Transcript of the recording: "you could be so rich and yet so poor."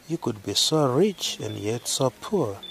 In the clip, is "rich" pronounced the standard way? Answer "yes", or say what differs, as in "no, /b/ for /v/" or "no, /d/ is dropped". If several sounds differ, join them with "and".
yes